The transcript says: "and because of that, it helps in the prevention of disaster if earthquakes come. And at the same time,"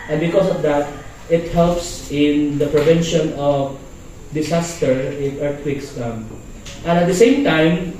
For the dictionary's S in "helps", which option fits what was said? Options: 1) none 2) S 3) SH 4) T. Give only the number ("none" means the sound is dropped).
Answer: 2